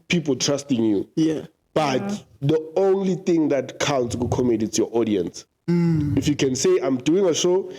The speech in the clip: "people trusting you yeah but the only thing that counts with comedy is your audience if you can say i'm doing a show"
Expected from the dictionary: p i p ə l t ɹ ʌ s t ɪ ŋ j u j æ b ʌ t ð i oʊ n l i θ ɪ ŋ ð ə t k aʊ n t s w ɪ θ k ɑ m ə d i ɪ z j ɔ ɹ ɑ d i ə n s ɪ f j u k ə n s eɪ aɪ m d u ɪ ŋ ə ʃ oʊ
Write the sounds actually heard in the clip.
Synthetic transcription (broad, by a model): p i p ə l t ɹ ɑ s t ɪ ŋ j u j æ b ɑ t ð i oʊ n l i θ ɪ ŋ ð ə t k aʊ n t s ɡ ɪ k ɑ m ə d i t s j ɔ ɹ ɑ d i ə n s ɪ f j u k ə n s eɪ aɪ m d u ɪ ŋ ə ʃ oʊ